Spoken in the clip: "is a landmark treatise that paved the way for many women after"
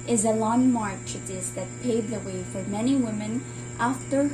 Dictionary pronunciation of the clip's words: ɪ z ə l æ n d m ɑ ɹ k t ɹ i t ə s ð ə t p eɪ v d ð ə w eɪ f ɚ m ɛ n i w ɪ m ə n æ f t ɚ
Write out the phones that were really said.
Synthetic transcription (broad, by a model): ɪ z ə l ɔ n m ɑ ɹ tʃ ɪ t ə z ð ə t p eɪ d ð ə w eɪ f ɚ m ɛ n i w ɪ m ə n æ f t ɚ